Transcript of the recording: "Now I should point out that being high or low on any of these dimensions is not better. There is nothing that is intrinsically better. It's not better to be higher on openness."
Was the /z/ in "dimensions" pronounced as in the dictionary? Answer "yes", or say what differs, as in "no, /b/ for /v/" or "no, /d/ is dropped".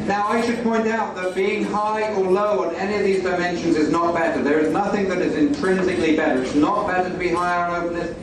yes